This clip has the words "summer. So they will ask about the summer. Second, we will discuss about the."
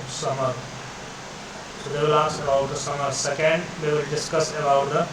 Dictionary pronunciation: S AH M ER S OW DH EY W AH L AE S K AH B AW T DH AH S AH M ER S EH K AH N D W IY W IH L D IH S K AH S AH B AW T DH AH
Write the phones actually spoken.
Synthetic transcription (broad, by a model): S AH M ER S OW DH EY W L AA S AH B AW T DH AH S AH M ER S EH K AH N D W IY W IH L D IH S K AH S AH B AW T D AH